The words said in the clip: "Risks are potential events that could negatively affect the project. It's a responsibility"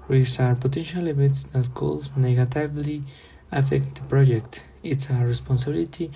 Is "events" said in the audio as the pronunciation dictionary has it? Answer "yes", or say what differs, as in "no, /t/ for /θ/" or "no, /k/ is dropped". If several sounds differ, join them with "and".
no, /n/ is dropped